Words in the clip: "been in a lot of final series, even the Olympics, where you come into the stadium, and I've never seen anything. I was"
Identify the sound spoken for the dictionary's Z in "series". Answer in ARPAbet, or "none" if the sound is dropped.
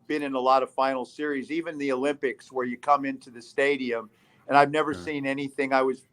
Z